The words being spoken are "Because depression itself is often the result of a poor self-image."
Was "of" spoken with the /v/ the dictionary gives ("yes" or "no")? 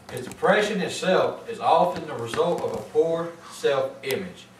yes